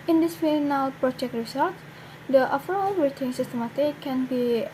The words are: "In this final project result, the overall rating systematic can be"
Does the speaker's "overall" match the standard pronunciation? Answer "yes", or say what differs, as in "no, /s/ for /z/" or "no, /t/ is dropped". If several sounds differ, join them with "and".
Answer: no, /f/ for /v/